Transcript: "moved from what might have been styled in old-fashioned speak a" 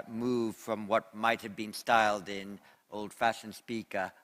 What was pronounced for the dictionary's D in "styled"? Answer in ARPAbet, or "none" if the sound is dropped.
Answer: D